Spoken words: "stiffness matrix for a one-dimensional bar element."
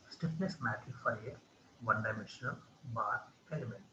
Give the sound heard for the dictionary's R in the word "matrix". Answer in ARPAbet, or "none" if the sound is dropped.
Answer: none